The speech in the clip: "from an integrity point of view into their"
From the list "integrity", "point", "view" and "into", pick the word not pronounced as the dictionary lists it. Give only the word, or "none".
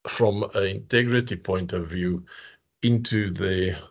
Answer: none